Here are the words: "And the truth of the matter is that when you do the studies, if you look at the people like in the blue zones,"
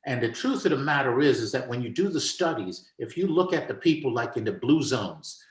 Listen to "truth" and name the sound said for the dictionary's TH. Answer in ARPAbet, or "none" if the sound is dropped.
TH